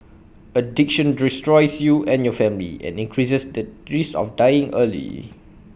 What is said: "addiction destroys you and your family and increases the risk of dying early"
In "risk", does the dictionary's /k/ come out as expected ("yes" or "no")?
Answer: no